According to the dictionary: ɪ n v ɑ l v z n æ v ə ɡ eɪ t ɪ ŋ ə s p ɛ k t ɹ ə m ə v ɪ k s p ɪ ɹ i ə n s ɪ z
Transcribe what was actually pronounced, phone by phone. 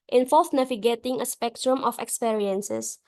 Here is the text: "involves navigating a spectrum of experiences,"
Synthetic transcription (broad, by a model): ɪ n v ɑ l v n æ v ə ɡ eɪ t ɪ ŋ ə s p ɛ k t ɹ ə m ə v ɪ k s p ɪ ɹ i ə n s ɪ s